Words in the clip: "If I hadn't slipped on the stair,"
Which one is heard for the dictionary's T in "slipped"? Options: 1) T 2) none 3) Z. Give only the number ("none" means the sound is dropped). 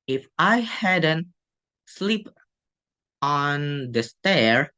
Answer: 2